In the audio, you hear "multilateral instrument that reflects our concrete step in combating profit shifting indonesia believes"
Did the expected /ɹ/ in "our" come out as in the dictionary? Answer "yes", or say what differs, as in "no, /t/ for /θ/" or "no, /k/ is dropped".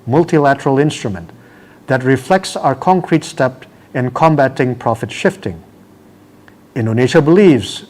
yes